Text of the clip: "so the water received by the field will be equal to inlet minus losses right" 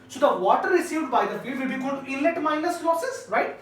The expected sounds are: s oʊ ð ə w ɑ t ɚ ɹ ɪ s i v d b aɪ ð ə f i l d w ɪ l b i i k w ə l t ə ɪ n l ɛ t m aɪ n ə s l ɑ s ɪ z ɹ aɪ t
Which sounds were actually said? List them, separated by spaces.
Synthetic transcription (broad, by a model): s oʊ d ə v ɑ t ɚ ɹ ɪ s i v d b aɪ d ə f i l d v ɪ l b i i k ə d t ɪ l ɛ t m aɪ n ə s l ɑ s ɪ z ɹ aɪ t